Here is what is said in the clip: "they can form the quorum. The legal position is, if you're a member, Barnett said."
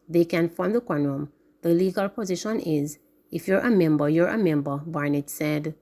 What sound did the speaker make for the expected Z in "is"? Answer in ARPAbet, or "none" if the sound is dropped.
Z